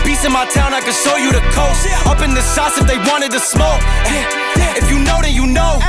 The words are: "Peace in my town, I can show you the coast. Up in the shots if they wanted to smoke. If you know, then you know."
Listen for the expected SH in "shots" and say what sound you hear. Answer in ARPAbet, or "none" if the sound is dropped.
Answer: S